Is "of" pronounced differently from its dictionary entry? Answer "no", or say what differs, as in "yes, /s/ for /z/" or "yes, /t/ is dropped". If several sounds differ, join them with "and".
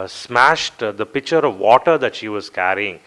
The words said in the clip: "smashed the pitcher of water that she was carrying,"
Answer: no